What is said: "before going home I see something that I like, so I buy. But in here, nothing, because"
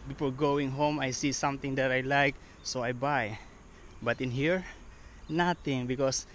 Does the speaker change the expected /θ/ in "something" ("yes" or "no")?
yes